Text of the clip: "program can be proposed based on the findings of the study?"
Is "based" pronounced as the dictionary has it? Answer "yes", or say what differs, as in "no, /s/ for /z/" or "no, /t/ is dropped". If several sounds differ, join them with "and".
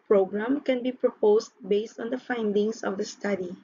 yes